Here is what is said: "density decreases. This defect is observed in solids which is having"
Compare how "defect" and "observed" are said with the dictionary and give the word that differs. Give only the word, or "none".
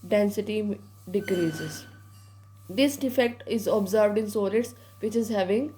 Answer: none